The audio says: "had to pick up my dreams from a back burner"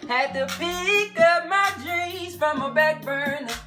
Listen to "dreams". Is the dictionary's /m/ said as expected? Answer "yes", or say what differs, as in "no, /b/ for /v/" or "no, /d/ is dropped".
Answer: no, /m/ is dropped